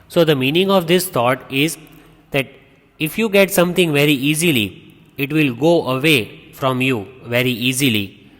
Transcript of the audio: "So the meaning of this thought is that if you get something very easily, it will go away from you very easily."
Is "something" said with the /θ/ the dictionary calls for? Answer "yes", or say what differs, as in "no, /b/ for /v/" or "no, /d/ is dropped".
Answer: no, /t/ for /θ/